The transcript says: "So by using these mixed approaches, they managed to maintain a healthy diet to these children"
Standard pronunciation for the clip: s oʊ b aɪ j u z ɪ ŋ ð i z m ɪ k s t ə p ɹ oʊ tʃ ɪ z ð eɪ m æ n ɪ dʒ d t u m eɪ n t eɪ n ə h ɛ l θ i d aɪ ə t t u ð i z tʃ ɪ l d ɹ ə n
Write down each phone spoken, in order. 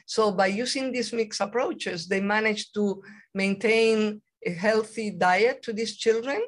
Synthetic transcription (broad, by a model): s oʊ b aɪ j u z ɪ ŋ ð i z m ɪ k s ə p ɹ oʊ tʃ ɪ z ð eɪ m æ n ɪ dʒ t u m eɪ n t eɪ n ə h ɛ l θ i d aɪ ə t t u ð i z tʃ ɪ l d ɹ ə n